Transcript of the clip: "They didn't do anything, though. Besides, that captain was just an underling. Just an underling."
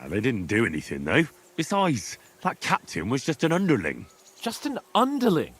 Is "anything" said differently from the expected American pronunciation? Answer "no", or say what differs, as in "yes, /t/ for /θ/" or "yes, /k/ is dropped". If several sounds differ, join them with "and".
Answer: no